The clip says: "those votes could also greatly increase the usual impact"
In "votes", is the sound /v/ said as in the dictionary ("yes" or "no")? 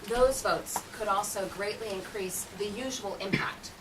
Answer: yes